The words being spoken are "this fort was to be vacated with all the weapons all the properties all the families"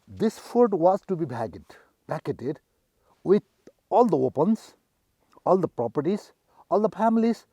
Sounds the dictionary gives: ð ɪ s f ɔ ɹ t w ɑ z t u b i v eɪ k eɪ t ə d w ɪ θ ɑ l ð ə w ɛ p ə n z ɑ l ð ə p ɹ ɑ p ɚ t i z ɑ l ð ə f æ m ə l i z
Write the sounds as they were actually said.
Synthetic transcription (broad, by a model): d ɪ s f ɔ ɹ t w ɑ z t u b i b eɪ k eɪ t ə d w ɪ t ɑ l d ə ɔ p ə n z ɑ l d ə p ɹ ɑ p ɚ t i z ɑ l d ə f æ m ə l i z